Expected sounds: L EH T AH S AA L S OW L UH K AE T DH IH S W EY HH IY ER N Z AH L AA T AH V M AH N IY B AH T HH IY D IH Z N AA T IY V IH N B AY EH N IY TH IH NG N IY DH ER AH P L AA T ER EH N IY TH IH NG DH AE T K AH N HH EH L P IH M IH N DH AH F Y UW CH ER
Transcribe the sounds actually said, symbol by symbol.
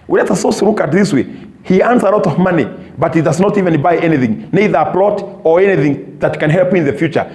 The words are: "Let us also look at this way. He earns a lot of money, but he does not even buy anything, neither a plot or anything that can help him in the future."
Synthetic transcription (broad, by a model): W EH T AH S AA S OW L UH K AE T DH IH S W EY HH IY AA N S AH L AA T AH V M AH N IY B AH T HH IY D IH Z N AA T IY V IH N B AY EH N IY TH IH NG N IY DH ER AH P L AA T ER EH N IY TH IH NG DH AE T K AH N HH EH L P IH IH N DH AH F Y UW CH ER